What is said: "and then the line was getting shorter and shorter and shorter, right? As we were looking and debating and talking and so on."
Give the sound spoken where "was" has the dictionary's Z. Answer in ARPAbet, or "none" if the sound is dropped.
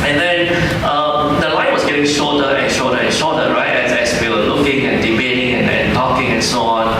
S